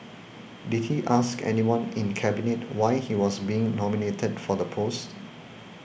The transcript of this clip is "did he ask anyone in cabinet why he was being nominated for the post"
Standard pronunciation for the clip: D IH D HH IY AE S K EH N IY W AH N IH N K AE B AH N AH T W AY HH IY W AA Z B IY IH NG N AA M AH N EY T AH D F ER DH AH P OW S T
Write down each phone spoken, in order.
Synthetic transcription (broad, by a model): D IH D HH IY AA S K EH N IY W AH N IH N K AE B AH N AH T W AY HH IY W AA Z B IY IH NG N AA M AH N EY T AH D F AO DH AH P OW S T